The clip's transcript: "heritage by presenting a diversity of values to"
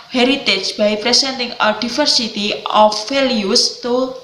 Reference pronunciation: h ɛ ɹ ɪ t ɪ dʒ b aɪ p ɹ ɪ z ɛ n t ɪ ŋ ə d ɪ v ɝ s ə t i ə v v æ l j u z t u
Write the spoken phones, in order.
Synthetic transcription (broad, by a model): h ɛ ɹ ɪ t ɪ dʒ b aɪ p ɹ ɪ s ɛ n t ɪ ŋ ə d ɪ f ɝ s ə t i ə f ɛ l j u s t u